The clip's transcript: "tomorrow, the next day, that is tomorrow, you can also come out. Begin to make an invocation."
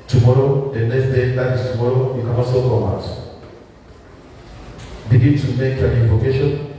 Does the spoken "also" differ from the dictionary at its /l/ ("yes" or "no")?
yes